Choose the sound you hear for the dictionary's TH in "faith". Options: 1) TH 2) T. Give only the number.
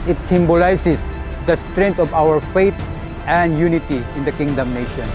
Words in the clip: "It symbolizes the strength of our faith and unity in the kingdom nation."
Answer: 2